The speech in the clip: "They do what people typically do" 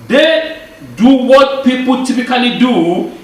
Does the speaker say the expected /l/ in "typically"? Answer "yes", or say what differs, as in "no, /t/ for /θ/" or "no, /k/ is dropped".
no, /n/ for /l/